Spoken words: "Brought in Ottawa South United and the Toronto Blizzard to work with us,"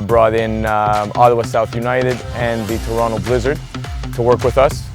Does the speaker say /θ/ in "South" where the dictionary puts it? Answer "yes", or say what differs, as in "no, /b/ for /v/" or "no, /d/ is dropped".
yes